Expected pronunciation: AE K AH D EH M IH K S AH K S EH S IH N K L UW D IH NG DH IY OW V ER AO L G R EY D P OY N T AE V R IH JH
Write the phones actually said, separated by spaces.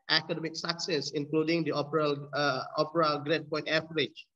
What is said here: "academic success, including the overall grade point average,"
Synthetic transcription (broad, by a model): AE K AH D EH M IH K S AH K S EH S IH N K L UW D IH NG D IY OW P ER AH L G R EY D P OY N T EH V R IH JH